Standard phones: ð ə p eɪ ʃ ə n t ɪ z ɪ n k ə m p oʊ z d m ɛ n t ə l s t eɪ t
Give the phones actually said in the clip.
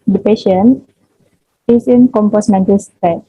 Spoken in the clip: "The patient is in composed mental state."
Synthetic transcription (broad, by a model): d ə p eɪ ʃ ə n ɪ s ɪ n k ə m p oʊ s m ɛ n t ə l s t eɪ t